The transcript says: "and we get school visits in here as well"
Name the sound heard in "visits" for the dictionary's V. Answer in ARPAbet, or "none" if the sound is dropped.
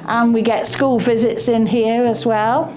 V